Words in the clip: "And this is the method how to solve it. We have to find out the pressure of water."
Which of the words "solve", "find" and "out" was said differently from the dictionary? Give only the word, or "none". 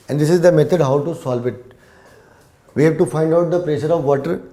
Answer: none